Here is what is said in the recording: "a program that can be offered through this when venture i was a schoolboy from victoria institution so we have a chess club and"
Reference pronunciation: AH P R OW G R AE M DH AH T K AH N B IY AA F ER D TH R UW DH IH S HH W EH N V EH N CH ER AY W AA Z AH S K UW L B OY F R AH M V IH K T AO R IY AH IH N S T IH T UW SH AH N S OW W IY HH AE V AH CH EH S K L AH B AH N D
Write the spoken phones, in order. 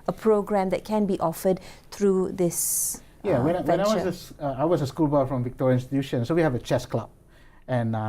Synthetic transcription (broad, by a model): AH P R OW G R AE M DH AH T K AH N B IY AA F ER D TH R UW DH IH S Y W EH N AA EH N S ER AY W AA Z AH S K UW L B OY F R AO M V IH K T AO R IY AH IH N S T IH T UW SH AH N S OW W IY HH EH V AH CH EH S K L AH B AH N